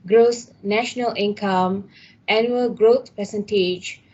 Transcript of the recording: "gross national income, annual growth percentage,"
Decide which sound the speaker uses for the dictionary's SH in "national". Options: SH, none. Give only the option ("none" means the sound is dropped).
SH